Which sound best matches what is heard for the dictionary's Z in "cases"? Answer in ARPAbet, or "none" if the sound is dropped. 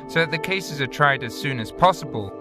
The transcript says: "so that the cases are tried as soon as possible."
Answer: Z